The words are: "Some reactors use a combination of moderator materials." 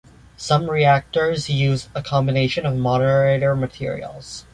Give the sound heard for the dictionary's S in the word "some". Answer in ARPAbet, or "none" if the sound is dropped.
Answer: S